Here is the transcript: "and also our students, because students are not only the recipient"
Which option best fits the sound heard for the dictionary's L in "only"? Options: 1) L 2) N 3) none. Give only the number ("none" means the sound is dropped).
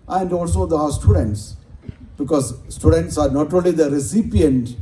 1